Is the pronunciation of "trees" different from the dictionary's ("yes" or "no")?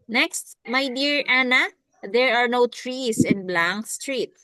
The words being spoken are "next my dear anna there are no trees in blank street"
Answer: yes